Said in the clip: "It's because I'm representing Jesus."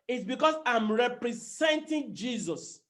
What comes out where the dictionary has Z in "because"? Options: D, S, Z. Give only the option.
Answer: S